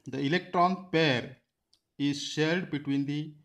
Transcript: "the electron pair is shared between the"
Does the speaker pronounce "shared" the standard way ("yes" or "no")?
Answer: no